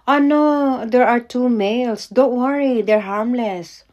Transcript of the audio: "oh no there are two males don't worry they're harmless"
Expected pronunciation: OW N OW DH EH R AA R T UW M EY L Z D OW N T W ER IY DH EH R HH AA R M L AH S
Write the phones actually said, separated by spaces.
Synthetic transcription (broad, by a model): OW N OW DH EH R AA R T UW M EY L S D OW N T W ER IY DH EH R HH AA R M L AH S